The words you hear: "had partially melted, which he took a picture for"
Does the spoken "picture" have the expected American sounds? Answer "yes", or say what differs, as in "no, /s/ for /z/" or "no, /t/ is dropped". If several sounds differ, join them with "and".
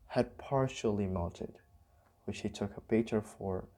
no, /k/ is dropped